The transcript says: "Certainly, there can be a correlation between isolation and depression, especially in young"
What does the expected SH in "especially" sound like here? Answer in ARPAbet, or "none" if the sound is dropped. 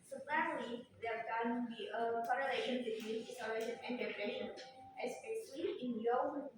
S